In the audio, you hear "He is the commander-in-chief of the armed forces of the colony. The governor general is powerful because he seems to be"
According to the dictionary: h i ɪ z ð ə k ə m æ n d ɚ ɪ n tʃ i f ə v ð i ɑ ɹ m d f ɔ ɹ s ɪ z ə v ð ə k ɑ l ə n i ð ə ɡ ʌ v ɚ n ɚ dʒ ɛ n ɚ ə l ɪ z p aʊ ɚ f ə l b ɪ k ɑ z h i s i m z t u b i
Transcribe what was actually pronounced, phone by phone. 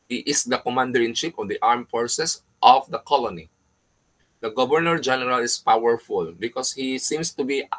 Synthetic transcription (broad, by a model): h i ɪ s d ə k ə m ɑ n d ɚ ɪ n ʃ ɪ p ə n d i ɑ ɹ m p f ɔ ɹ s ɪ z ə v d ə k ɑ l ə n i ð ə ɡ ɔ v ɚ n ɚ dʒ ɛ n ɚ ə l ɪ s p aʊ ɚ f ə l b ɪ k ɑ s h i s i m s t u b i